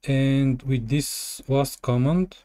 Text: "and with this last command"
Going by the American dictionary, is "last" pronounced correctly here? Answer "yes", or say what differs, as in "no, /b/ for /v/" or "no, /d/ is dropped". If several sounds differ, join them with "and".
no, /w/ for /l/